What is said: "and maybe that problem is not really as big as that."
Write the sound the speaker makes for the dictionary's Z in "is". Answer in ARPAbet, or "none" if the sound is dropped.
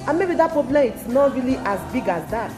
S